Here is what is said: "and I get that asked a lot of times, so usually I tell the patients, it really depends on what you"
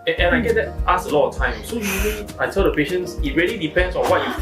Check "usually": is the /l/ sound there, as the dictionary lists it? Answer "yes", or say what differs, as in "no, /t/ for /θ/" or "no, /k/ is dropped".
no, /l/ is dropped